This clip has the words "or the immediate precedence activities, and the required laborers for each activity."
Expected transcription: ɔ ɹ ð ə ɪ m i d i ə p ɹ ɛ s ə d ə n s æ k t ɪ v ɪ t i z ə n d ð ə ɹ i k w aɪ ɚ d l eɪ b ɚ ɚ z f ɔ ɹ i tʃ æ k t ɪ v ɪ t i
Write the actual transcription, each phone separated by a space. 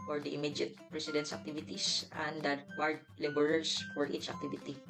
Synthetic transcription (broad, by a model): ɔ ɹ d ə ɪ m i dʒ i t ɹ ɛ s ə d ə n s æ k t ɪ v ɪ t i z ə n d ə w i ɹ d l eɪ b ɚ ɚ s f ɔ ɹ i tʃ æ k t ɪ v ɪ t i